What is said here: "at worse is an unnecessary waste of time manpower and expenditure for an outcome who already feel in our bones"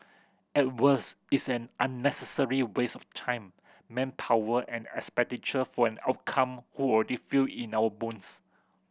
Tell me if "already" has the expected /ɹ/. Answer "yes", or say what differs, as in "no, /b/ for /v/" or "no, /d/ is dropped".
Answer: no, /l/ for /ɹ/